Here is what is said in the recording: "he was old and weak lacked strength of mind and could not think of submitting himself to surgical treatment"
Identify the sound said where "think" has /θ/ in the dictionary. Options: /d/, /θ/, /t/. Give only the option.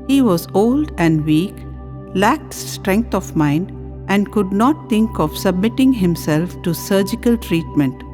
/t/